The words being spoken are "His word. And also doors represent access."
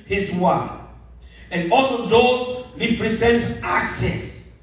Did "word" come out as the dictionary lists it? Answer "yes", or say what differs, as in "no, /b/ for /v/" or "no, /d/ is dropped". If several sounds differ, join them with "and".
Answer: no, /d/ is dropped